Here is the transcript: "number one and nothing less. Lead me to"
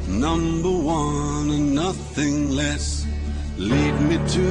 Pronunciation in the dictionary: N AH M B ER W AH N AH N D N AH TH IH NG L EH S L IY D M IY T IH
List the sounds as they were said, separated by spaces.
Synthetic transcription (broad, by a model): N AH M B ER W AH N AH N N AH TH IH NG L EH S L IY D M IY T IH